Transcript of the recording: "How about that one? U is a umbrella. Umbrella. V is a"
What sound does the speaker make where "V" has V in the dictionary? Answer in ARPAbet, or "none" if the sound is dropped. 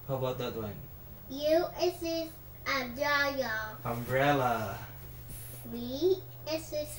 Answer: W